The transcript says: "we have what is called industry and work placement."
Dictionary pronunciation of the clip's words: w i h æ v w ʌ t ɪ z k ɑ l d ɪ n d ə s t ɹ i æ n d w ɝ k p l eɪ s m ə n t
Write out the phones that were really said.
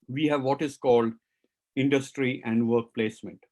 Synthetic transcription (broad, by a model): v i h æ v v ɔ t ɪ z k ɑ l d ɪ n d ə s t ɹ i æ n d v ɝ k p l eɪ s m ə n t